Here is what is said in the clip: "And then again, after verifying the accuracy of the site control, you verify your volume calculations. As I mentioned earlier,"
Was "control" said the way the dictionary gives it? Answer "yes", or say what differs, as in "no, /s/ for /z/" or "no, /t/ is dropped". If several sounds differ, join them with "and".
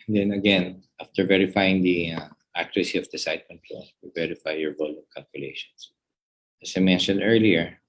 no, /l/ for /ɹ/